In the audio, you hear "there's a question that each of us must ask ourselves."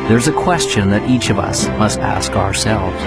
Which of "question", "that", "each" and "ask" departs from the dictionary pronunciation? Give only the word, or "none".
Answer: none